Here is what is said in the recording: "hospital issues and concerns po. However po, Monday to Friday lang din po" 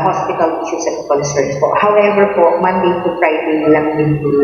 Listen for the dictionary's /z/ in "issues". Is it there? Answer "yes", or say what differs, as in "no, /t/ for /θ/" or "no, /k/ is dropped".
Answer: no, /s/ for /z/